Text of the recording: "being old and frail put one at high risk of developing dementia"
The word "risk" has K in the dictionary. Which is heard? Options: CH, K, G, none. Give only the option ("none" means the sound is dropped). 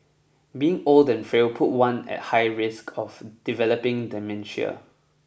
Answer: K